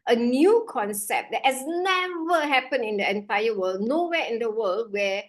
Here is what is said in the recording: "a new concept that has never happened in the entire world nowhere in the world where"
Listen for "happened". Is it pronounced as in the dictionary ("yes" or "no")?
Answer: no